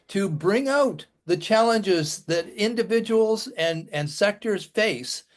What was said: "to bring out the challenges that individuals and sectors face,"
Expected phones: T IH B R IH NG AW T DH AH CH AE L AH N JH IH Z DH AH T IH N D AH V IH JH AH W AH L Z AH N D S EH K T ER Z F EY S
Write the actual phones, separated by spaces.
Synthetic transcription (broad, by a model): T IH B R IH NG AW T DH AH CH AE L AH N JH IH Z DH AH T IH N D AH V IH JH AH W L Z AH N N S EH K T ER Z F EY S